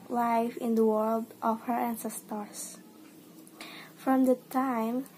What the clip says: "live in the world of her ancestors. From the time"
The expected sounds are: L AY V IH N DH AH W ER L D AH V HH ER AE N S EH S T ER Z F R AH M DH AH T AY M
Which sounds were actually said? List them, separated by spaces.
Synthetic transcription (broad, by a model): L AY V IH N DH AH W ER L D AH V HH ER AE N S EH S T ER S F R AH M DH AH T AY M